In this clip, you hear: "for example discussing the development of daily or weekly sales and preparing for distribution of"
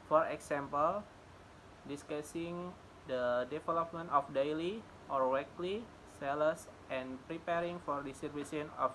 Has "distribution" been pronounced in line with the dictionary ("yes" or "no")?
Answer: no